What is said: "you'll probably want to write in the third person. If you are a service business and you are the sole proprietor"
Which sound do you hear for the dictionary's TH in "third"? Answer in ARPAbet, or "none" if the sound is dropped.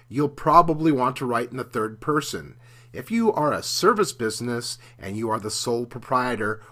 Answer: TH